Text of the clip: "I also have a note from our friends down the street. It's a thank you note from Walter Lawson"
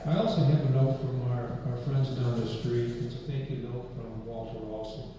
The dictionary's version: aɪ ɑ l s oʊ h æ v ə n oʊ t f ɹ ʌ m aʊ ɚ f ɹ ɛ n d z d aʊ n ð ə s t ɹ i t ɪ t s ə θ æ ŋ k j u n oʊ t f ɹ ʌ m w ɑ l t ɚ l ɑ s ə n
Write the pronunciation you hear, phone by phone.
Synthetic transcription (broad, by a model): aɪ ɑ l s oʊ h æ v ə n oʊ t f ɹ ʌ m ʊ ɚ f ɹ ɛ n d z d aʊ n ð ə s t ɹ i t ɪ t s ə θ æ ŋ k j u n oʊ t f ɹ ʌ m w ɑ l t ɚ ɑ s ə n